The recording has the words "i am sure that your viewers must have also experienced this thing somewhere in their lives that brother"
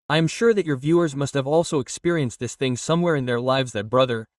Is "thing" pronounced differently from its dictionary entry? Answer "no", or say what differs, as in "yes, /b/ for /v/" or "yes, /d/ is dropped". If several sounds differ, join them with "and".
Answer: no